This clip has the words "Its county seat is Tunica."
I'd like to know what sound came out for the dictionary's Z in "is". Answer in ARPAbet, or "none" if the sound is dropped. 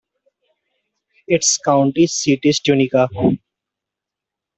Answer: S